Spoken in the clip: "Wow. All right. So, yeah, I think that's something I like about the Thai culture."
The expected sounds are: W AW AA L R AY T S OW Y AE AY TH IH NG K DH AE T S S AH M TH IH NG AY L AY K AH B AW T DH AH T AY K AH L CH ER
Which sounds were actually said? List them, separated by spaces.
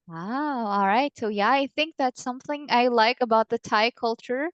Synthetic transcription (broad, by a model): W AW AA L R AY T S OW Y AE AY TH IH NG K DH AE T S S AH M TH IH NG AY L AY K AH B AW T DH AH T AY K AH L CH ER